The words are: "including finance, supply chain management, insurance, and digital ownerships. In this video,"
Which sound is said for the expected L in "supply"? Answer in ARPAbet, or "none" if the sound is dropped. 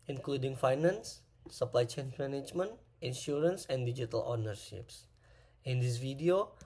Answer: L